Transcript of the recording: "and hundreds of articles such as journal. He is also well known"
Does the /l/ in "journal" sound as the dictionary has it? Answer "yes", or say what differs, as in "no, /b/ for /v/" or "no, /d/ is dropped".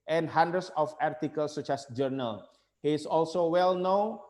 yes